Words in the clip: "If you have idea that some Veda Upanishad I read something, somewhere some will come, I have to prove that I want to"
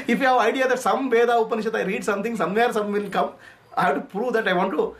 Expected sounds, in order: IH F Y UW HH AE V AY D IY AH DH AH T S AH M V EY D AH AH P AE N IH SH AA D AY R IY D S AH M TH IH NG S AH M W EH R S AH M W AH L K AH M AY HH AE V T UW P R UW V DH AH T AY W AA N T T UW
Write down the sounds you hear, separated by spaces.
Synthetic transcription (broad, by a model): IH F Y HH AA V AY D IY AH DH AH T S AH M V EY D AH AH P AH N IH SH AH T AY R IY D S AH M T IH NG S AH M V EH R S AH M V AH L K AH M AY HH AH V T UW P R UW V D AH T AY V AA N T T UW